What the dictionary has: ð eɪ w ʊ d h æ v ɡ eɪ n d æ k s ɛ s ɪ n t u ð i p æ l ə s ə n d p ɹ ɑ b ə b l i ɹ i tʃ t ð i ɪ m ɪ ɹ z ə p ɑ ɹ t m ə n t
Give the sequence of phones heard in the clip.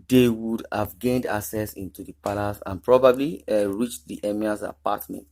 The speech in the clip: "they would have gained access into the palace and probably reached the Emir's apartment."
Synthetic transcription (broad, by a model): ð eɪ w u d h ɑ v ɡ eɪ n d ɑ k s ɛ s ɪ n t u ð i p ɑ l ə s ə n p ɹ ɑ b ə b l i ɹ i tʃ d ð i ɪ m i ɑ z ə p ɑ t m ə n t